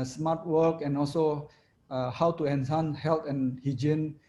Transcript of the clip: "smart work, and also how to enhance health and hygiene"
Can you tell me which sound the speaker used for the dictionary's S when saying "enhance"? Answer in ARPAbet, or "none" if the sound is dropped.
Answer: none